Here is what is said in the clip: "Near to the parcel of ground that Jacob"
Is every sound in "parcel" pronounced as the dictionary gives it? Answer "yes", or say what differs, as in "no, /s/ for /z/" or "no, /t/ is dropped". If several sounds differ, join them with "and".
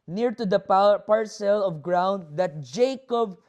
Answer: yes